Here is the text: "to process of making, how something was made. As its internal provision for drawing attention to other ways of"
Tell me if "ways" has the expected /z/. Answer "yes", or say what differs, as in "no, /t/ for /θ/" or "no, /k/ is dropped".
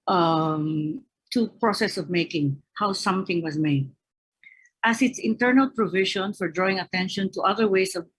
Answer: no, /s/ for /z/